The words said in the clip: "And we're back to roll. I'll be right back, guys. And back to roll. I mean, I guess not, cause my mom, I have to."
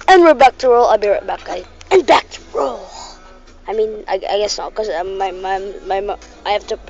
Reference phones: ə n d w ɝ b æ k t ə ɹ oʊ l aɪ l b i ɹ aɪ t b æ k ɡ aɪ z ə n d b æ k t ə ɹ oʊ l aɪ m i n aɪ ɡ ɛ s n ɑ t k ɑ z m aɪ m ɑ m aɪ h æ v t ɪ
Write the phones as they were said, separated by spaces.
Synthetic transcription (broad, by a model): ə n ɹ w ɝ b æ k t ə ɹ oʊ l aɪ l b i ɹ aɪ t b æ k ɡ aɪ ə n b æ k t ə ɹ oʊ l aɪ m i n aɪ ɡ ɛ s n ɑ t k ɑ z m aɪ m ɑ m aɪ h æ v t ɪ